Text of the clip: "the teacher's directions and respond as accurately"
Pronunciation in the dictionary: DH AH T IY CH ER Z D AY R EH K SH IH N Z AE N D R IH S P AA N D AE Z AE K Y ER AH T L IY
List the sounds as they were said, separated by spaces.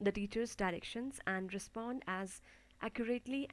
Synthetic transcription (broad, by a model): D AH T IY CH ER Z D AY R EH K SH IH N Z AE N D R IH S P AA N D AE Z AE K Y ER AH T L IY